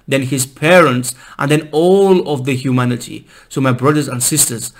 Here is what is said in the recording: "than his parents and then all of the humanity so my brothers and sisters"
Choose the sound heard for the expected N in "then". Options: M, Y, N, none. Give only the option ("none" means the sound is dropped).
N